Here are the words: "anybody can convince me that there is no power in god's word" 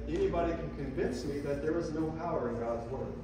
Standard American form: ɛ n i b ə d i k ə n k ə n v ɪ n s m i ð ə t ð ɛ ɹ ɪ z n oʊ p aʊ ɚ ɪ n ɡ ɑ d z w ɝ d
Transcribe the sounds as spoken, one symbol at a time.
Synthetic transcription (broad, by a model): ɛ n i b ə d i k ə n k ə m v ɪ n s m i ð ə t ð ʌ ɹ ɪ z n oʊ p aʊ ɚ ɪ n ɡ ɑ d z w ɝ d